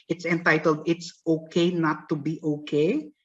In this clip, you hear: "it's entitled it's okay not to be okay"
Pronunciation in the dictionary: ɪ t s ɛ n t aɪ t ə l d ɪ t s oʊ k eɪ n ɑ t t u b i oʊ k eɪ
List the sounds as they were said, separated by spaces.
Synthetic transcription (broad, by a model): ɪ t s ɛ n t aɪ t ə l d ɪ t s oʊ k eɪ n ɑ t t u b i oʊ k eɪ